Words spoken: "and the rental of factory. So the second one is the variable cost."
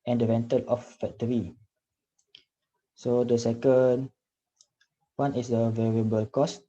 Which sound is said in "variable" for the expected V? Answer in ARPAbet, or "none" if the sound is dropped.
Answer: V